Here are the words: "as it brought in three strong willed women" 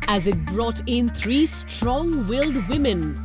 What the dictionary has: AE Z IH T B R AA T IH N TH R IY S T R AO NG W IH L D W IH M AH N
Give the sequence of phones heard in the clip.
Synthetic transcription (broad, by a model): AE Z IH T B R AA T IH N T R IY S T R AO NG W IH L D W IH M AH N